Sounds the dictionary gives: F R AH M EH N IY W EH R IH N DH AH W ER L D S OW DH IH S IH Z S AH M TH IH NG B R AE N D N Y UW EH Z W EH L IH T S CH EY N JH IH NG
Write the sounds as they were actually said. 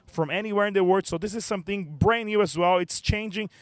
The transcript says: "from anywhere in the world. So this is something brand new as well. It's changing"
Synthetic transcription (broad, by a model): F R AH M EH N IY W EH R IH N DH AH W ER D S OW DH IH S IH Z S AH M TH IH NG B R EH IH N Y UW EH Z W EH L IH T S CH EY N JH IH NG